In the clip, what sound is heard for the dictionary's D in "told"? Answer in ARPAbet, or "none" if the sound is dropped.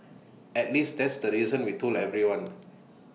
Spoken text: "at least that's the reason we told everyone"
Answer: none